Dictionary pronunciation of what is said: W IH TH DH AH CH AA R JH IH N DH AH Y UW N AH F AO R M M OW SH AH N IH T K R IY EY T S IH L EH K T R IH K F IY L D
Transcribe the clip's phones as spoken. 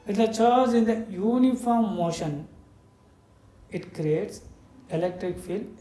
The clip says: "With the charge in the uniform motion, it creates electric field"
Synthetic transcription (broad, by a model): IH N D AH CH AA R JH IH N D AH Y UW N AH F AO R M M OW SH AH N IH T K R IY EY T S IH L EH K T R IH K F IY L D